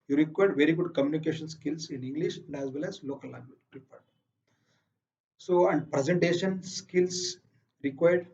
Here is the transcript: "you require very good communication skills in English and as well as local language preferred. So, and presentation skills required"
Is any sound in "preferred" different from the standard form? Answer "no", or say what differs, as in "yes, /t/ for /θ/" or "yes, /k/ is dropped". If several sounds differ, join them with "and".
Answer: yes, /p/ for /f/